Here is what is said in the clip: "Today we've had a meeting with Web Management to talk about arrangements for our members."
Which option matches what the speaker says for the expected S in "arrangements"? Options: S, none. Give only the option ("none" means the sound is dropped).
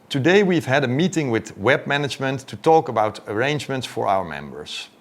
S